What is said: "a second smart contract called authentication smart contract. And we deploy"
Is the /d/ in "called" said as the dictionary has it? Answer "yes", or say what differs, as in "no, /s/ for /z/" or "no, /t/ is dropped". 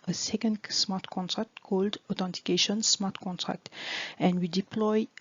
yes